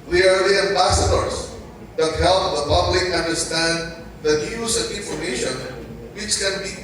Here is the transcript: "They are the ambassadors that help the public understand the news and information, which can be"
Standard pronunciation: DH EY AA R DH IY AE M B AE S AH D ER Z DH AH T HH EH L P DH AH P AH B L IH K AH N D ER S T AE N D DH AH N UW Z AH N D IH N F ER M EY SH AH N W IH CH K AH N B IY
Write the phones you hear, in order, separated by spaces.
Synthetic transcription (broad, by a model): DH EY AA R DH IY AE M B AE S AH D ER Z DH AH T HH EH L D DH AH P AH B L IH K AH N D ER S T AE N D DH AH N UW AH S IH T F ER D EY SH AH N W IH CH K AH N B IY